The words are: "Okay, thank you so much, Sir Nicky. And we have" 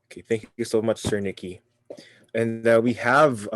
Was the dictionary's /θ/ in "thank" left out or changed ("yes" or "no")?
no